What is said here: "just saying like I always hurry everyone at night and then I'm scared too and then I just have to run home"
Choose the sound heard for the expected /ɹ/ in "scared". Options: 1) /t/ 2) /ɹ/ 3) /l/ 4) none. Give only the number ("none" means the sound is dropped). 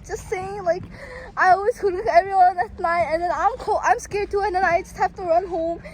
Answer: 2